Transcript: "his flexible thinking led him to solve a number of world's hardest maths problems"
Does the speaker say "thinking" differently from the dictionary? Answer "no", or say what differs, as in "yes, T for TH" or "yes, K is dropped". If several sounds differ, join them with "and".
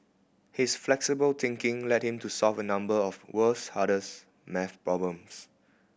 yes, T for TH